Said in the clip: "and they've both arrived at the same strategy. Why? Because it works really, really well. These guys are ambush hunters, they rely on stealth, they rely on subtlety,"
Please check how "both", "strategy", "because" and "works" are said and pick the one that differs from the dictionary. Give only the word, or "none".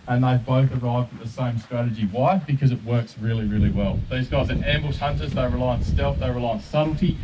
none